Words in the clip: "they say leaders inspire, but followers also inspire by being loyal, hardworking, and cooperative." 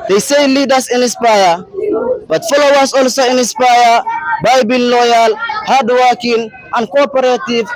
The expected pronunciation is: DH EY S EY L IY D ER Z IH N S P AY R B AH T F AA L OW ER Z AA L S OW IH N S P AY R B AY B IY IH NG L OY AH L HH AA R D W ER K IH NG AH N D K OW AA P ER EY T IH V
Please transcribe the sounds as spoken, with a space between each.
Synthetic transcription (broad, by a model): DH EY S EY L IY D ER S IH N S P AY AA B AH T F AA L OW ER S AA L S OW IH N S P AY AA B AY B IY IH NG L OY AH L HH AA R D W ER K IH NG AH N K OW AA P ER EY T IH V